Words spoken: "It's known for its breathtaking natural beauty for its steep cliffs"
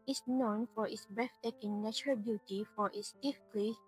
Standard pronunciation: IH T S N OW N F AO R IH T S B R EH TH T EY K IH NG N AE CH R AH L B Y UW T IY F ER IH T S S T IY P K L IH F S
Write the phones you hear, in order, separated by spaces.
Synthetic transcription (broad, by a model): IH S N OW N F AO R IH T S B R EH F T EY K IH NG N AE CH R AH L B Y UW T IY F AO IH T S S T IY F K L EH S